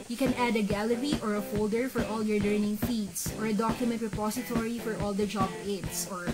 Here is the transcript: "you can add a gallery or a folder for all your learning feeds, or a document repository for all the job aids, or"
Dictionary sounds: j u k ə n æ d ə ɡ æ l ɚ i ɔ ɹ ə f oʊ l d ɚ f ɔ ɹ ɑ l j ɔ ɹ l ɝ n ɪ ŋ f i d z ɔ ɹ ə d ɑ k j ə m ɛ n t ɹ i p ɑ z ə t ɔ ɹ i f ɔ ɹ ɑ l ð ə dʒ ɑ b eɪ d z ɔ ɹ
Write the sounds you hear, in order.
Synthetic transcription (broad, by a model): j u k ə n æ d ə ɡ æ l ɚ i ɔ ɹ ə f oʊ l d ɚ f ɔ ɹ ɑ l j ɔ ɹ l ɝ n ɪ ŋ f i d s ɔ ɹ ə d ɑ k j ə m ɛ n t ɹ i p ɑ s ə t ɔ ɹ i f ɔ ɹ ɑ l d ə dʒ ɑ b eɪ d s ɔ ɹ